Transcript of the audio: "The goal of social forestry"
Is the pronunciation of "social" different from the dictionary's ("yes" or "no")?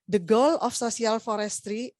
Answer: yes